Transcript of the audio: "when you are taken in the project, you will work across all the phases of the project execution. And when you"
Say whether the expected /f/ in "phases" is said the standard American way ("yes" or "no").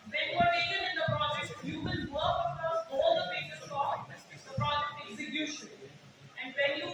no